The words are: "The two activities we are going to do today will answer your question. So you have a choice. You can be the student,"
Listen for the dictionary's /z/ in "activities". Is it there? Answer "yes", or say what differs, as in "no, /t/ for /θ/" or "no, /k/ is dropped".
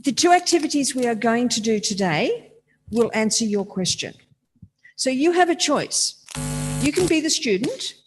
yes